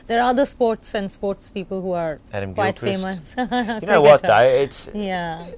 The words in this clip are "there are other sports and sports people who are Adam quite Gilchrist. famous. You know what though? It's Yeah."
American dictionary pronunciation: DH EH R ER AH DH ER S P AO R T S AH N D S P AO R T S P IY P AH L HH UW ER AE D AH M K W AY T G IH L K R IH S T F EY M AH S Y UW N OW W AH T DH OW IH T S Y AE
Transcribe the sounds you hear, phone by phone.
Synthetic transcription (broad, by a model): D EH R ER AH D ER S P AO R T S AH N D S P AO R T S P IY P AH L HH UW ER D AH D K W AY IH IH T F EY M AH S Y N OW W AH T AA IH IH T S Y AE